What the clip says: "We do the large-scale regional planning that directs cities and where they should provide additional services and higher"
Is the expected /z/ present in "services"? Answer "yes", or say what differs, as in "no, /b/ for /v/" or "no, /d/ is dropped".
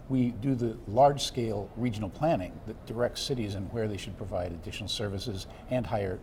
yes